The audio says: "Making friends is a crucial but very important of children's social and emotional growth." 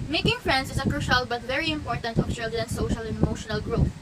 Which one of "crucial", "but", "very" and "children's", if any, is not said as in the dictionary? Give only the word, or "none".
children's